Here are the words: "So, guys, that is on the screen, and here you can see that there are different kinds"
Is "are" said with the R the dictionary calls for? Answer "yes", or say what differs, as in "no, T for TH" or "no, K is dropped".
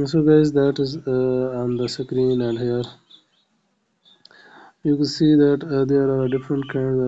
yes